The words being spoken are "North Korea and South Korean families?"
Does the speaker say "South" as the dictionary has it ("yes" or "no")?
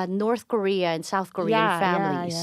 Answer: yes